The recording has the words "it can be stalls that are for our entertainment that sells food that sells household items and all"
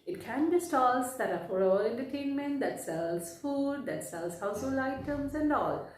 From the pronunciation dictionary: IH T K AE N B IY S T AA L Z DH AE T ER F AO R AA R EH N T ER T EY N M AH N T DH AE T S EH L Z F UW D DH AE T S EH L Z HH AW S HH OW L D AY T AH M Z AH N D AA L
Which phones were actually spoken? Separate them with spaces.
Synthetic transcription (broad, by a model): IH T K AE N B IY S T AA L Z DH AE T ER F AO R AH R EH N T ER T EY N M AH N T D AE T S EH L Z F UW D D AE T S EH L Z HH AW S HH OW L AY T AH M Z AH N D AA L